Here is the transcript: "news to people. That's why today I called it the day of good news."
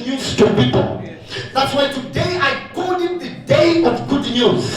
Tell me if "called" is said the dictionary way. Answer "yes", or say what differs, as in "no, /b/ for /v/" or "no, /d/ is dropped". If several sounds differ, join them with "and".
no, /l/ is dropped